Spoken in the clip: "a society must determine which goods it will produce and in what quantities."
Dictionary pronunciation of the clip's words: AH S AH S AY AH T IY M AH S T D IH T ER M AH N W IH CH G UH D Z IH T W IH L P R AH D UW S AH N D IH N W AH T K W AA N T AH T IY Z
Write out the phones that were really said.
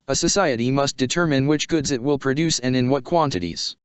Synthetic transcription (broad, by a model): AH S AH S AY AH T IY M AH S T D IH T ER M AH N W IH CH G UH D Z IH T W IH L P R AH D UW S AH N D IH N W AH T K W AA N T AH T IY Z